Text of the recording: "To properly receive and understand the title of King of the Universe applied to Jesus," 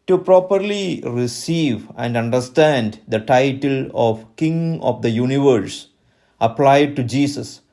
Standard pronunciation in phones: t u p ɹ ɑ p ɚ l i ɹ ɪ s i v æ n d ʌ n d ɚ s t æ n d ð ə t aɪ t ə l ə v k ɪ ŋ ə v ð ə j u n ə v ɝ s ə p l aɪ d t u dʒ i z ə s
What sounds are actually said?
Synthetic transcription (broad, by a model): t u p ɹ ɑ p ɚ l i ɹ ɪ s i v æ n d ʌ n d ɚ s t æ n d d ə t aɪ t ə l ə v k ɪ ŋ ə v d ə j u n ə v ɝ s ə p l aɪ d t u dʒ i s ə s